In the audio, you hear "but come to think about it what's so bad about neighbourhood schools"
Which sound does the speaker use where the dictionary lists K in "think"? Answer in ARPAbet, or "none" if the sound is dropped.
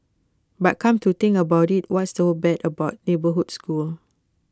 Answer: none